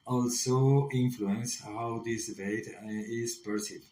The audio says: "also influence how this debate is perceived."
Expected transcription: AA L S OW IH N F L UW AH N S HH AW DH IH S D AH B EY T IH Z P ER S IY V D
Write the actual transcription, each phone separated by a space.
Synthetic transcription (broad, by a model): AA L S OW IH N F L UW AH N S HH AW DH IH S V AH IH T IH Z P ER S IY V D